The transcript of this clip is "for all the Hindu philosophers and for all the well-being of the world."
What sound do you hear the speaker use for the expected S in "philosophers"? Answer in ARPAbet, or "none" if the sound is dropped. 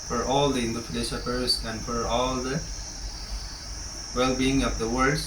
SH